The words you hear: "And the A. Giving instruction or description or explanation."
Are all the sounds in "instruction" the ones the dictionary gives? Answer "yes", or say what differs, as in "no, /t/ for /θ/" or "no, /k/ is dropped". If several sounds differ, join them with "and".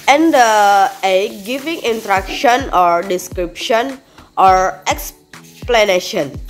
no, /s/ is dropped